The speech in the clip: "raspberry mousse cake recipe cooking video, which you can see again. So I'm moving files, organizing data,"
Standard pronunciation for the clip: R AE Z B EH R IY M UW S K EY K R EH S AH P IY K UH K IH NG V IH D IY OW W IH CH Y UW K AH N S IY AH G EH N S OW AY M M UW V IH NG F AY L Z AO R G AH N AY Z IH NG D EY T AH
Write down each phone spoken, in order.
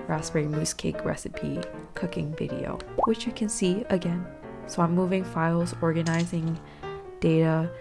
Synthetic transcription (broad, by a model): R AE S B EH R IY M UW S K EY K R EH S AH P IY K UH K IH NG V IH D IY OW W IH CH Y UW K AH N S IY AH G EH N S OW AY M M UW V IH NG F AY L Z AO R G AH N AY Z IH NG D EY T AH